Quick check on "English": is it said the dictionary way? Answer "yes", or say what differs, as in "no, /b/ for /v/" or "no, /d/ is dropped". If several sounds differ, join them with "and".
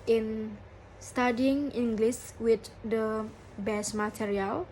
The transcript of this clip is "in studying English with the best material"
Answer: no, /s/ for /ʃ/